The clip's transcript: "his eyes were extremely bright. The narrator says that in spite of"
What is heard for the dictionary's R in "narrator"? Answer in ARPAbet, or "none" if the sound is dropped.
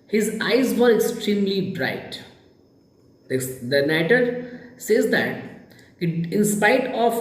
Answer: none